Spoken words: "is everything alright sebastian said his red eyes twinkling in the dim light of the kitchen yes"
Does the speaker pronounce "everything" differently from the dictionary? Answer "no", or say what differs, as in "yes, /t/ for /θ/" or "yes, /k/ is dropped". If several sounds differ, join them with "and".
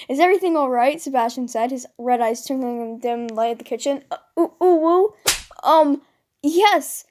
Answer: no